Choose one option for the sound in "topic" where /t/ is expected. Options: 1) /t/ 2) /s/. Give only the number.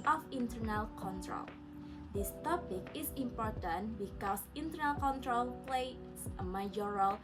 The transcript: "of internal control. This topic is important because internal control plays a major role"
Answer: 1